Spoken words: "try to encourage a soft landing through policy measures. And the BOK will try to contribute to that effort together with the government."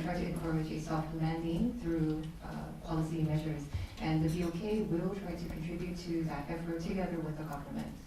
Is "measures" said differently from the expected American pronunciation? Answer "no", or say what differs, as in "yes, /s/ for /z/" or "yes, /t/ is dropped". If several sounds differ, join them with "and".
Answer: no